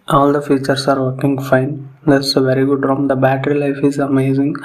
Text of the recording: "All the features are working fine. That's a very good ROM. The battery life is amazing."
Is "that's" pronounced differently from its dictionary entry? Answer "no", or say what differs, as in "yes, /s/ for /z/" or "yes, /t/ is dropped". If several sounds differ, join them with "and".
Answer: yes, /s/ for /t/